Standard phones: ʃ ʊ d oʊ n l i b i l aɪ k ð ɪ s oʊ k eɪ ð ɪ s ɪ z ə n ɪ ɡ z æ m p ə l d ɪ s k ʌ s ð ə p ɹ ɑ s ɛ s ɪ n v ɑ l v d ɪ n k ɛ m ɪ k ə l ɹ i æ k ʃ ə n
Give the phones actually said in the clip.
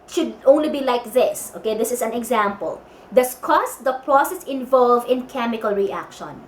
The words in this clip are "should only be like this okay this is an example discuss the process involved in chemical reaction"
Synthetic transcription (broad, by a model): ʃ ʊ d oʊ n l i b i l aɪ k ð ɪ s oʊ k eɪ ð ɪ s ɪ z ə n ɪ ɡ z æ m p ə l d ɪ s k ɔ s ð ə p ɹ ɑ s ɛ s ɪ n v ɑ l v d ɪ n k ɛ m ɪ k ə l ɹ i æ k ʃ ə n